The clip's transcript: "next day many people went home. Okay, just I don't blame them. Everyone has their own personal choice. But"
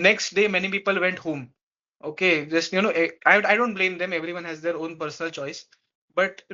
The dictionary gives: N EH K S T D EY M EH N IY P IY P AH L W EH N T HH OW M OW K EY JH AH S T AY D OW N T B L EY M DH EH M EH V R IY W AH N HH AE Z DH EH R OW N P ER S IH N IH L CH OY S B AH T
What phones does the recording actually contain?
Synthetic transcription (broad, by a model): N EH K S T D EY M EH N IY P IY P AH L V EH N T HH OW M OW K EY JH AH S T AY D OW N T B L EY M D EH M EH V R IY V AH N HH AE Z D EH R OW N P ER S IH N IH L CH OY S B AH T